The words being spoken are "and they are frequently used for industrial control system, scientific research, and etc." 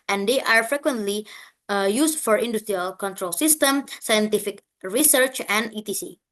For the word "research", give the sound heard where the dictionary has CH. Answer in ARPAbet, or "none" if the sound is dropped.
CH